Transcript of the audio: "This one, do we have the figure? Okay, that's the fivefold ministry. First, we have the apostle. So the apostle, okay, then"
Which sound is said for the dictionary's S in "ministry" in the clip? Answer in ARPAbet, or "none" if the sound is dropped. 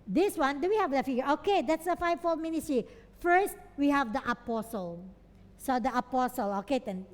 none